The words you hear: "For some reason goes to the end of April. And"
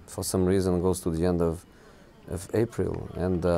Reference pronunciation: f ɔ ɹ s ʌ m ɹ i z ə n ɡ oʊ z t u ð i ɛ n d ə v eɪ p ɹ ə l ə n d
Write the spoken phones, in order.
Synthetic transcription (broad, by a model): f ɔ ɹ s ʌ m ɹ i z ə n ɡ oʊ z t u ð i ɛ n d ə v eɪ p ɹ ə l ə n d